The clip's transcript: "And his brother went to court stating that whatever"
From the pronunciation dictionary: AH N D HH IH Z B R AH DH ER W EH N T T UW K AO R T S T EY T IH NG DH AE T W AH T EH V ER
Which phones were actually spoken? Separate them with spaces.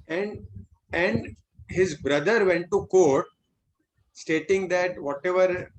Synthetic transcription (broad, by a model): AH N D HH IH Z B R AH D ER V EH N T T UW K AO R T S T EY T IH NG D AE T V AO T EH V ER